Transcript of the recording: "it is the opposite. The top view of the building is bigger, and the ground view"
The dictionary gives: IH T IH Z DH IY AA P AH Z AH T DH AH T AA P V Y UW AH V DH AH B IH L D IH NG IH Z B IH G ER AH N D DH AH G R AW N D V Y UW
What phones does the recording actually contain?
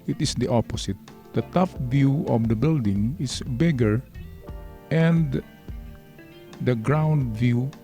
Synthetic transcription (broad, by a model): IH T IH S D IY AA P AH S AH T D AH T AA F V Y UW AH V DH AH B IH L D IH NG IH S B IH G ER AH N D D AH G R AW N D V Y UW